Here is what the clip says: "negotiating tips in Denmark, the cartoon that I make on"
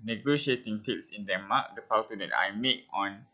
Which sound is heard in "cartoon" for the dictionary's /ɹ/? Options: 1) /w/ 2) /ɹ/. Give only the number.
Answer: 1